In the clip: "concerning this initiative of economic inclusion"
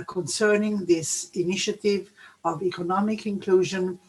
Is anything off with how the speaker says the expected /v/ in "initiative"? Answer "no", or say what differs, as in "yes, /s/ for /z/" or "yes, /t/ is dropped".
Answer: no